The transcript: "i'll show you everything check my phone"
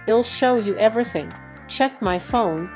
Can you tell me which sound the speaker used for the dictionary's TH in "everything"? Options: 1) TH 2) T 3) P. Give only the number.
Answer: 1